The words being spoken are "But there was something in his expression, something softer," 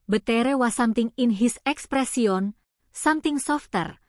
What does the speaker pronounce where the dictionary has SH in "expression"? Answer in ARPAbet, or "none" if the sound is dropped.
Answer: S